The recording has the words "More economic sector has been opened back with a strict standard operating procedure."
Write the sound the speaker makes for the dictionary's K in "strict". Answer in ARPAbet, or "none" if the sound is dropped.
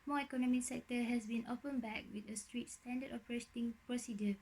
none